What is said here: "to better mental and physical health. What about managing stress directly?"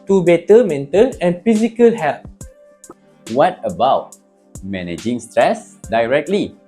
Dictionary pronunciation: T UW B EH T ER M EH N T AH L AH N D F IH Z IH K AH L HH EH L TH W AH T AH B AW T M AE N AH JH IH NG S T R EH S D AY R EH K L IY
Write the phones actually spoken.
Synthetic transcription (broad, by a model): T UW B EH T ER M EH N T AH N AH N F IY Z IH K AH L HH EH L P W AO T AH B AW T M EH N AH JH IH NG S T R EH S D AY R EH K L IY